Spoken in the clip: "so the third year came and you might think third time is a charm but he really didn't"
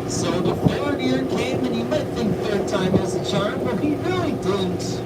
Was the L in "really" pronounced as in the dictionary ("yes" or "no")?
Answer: no